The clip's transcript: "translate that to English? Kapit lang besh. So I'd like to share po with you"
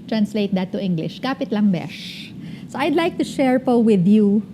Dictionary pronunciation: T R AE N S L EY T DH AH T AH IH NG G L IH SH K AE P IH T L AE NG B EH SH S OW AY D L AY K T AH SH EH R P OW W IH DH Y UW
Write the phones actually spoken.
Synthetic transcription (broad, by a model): T R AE N S L EY T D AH T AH IH NG G L IH SH K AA P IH T L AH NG B EH SH S OW AY D L AY K T AH SH EH R P OW W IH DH Y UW